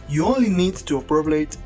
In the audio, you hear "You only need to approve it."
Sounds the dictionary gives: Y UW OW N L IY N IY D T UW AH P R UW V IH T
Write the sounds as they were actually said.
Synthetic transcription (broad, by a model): Y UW OW N L IY N IY D T UW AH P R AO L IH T